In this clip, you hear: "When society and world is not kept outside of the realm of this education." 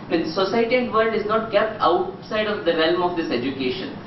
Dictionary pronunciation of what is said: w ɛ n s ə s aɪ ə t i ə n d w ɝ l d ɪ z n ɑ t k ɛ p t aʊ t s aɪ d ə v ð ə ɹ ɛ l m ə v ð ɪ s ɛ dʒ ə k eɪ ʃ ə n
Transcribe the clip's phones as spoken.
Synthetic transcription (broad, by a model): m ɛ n s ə s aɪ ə t i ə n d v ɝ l d ɪ z n ɑ t k ɛ p t aʊ t s aɪ d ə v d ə ɹ ɛ l m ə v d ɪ s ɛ dʒ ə k eɪ ʃ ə n